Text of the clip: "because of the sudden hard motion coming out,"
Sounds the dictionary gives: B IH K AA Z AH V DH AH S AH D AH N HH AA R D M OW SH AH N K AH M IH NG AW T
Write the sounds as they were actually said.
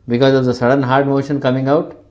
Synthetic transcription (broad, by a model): B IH K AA Z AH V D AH S AH D AH N HH AA R D M OW SH AH N K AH M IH NG AW T